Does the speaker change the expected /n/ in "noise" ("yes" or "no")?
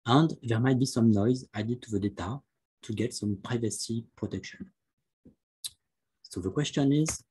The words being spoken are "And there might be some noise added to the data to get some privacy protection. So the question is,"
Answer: no